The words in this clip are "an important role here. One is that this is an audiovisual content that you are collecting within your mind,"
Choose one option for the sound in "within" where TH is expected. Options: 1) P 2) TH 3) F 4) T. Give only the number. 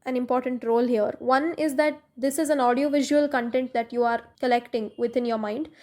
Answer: 4